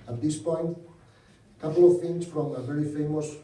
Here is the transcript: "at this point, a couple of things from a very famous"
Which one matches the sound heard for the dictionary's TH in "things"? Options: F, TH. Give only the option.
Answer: F